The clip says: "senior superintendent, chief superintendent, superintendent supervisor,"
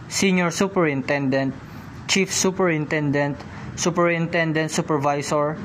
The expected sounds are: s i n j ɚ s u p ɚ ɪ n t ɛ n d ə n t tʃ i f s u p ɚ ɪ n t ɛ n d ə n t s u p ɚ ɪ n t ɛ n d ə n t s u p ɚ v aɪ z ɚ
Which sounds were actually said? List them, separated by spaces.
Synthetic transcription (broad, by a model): s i n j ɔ s u p ɚ ɪ n t ɛ n d ə n t tʃ i f s u p ɚ ɪ n t ɛ n d ə n t s u p ɚ ɪ n t ɛ n d ə n t s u p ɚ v aɪ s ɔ